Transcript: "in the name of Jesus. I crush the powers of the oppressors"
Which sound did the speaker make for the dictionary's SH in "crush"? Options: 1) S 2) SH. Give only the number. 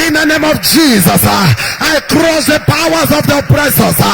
1